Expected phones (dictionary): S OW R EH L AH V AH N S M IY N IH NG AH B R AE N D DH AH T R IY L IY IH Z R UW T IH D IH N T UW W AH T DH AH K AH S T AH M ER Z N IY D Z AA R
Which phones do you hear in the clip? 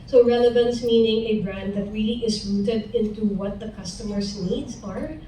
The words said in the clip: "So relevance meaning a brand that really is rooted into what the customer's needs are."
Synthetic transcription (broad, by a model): S OW R EH L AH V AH N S M IY N IH NG AH B R AE N D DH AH T R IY L IY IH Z R UW T IH D IH N T UW W AH T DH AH K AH S T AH M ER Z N IY D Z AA R